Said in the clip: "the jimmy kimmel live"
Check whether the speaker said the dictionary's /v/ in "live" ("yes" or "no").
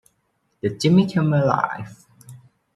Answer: no